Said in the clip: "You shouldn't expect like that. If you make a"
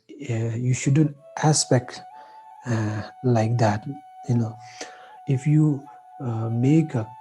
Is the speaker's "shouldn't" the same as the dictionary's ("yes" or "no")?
yes